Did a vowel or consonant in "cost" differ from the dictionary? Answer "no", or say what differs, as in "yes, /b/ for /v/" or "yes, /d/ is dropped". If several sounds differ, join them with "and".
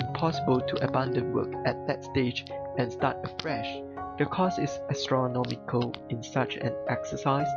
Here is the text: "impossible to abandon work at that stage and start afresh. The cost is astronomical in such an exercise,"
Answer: yes, /t/ is dropped